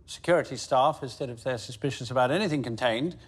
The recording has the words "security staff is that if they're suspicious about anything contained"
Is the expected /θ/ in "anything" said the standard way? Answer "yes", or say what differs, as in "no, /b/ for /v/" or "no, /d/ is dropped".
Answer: yes